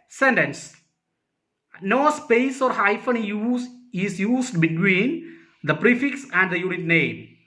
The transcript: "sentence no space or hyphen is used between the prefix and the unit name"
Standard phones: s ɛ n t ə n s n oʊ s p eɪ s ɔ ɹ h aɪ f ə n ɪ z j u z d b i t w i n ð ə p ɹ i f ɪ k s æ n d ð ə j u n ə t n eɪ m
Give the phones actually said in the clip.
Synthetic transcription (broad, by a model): s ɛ n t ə n s n oʊ s p eɪ s ɔ ɹ h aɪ f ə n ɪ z j u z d b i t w i n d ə p ɹ i f ɪ k s æ n d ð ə j u n ə t n eɪ m